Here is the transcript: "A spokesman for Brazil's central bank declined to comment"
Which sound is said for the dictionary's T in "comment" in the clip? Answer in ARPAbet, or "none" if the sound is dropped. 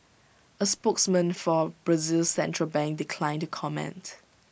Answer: T